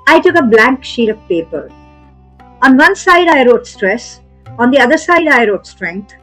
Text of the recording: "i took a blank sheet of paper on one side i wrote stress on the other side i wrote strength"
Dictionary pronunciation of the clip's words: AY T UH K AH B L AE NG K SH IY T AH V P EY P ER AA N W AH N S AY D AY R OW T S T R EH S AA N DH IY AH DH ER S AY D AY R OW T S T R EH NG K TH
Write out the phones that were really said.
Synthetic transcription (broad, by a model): AY T UH K AH B L AE NG K SH IY T AH V P EY P ER AA N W AH N S AY D AY R OW T S T R EH S AA N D IY AH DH ER S AY D AY R OW T S T R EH NG K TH